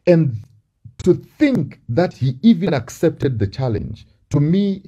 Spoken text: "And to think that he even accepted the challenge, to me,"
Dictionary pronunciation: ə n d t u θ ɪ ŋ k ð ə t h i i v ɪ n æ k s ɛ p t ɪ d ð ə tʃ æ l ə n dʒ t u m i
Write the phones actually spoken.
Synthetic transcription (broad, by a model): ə n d t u θ ɪ ŋ k ð ə t h i i v ɪ n æ k s ɛ p t ɪ d ð ə tʃ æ l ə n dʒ t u m i